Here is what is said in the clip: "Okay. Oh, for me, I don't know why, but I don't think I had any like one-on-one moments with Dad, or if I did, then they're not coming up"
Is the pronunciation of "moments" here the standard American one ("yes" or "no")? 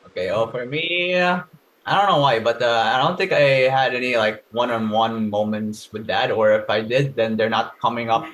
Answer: yes